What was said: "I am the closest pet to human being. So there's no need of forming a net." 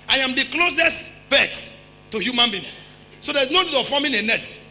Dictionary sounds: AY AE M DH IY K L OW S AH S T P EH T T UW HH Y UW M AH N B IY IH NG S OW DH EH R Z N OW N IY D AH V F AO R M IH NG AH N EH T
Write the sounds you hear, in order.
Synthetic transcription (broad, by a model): AY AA M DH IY K L OW S AH S T B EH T T UW HH Y UW M AH N B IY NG S OW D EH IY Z N OW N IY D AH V F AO M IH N AH N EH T